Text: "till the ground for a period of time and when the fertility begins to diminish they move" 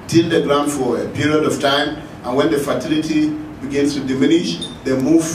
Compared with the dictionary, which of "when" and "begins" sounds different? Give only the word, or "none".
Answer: begins